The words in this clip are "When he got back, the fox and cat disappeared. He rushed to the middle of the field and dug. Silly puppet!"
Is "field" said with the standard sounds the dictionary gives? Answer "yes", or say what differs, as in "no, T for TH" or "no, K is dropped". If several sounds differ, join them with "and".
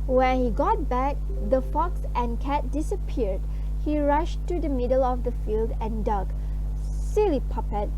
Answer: yes